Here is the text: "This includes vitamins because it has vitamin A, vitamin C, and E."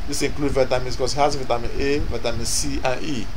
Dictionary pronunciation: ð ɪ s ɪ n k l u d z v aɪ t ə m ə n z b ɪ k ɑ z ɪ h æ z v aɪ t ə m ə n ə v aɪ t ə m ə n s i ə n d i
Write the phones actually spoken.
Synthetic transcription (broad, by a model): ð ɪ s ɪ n k l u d v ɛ t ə m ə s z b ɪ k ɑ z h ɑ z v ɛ t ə m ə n ə v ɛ t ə m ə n s i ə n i